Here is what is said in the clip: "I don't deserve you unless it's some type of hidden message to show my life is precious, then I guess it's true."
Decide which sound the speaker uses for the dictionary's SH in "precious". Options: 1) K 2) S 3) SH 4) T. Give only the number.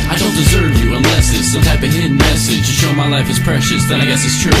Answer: 3